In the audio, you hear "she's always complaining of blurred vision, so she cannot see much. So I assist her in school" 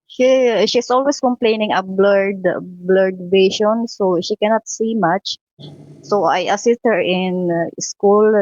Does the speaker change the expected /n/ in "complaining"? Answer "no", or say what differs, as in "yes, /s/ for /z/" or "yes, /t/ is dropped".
no